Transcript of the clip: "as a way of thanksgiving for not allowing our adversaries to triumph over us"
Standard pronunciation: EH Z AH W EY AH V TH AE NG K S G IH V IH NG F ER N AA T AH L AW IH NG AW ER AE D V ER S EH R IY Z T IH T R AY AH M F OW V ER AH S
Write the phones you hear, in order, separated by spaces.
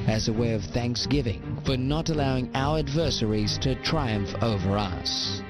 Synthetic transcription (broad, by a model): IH Z AH W EY AH V TH AE NG K S G IH V IH NG F ER N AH T AH L AW IH NG AW ER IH D V ER S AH R IY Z T IH T R AY AH M F OW V ER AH S